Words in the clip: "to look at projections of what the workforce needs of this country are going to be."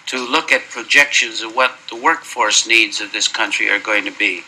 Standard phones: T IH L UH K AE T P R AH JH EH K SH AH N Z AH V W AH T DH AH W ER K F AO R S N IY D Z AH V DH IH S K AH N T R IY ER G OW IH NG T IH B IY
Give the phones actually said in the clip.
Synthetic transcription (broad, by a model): T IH L UH K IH T P R AH JH EH K SH AH N Z AH V W AH T DH AH W ER K F AO R S N IY D Z AH V DH IH S K AH N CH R IY ER G OW IH NG T IH B IY